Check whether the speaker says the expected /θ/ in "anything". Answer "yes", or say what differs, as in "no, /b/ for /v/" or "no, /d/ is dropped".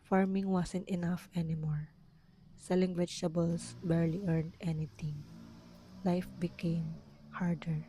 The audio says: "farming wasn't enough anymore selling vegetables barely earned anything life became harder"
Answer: no, /t/ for /θ/